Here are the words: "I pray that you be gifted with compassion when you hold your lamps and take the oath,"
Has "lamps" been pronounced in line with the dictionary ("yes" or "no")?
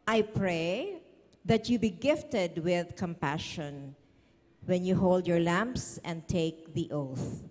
yes